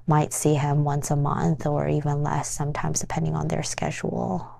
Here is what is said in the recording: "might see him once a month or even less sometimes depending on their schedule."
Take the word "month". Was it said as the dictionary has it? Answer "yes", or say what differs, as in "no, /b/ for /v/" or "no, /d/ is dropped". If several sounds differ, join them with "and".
yes